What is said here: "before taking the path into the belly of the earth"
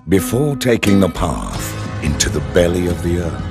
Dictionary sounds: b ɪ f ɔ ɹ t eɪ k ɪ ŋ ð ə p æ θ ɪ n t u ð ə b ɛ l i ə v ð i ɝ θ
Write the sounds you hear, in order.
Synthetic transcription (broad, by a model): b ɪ f ɔ ɹ t eɪ k ɪ ŋ ð ə p æ θ ɪ n t u ð ə b ɛ l i ə v ð i ɝ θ